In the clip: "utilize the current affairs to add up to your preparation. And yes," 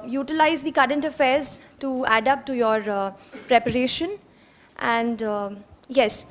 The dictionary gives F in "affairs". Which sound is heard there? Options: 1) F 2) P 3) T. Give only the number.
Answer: 1